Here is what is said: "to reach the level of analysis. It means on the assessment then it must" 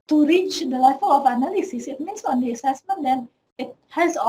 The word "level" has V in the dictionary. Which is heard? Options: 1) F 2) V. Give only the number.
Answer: 1